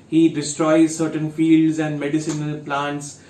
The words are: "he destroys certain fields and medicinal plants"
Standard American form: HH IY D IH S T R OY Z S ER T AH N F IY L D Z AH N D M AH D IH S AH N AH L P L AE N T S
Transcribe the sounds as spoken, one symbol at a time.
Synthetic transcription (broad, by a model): HH IY D IH S T R OY Z S ER T AH N F IY L D Z AH N D M AH D IH S AH N AH L P L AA N T S